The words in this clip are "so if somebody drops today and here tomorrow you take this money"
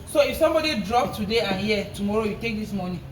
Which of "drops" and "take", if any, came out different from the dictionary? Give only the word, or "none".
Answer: drops